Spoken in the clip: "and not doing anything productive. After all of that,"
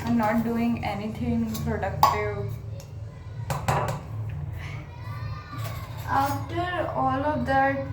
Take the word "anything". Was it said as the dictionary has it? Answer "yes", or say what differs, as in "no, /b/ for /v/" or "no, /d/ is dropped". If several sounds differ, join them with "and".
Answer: no, /t/ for /θ/